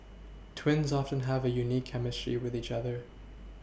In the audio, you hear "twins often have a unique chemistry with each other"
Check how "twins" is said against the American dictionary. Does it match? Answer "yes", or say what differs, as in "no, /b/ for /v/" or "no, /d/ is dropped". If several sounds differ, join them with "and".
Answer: yes